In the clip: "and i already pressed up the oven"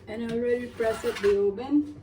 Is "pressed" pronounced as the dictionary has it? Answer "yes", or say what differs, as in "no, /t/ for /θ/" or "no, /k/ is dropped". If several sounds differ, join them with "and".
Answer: no, /t/ is dropped